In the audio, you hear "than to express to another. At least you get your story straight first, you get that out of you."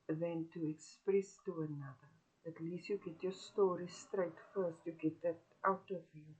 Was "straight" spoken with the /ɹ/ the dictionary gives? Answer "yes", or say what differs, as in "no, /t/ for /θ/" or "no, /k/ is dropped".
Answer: yes